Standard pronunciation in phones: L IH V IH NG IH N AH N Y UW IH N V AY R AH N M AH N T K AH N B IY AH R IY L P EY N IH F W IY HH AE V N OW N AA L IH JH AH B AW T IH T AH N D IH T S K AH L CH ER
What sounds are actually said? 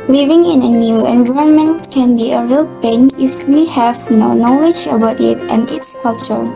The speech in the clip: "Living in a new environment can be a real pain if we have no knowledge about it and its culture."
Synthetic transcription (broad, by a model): L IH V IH NG IH N AH N Y UW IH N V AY AH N M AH N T K AH N B IY AH R IY L P EY N IH F W IY HH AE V N OW N AA L IH JH AH B AW T IH T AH N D IH T S K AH L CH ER